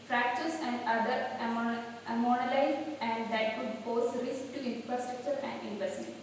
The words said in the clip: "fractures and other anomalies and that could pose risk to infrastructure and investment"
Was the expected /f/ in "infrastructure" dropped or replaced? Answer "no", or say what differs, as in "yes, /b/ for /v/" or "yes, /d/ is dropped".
no